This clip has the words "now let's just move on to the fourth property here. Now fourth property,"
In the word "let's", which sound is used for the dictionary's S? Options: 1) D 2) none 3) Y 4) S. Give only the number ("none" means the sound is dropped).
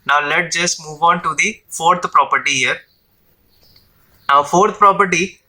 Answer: 2